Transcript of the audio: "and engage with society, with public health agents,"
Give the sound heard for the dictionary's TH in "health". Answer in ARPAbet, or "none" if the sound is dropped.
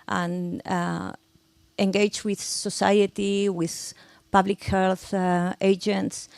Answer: TH